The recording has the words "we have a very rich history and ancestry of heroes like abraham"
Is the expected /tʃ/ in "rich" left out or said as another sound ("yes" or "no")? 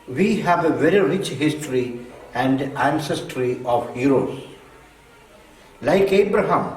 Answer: no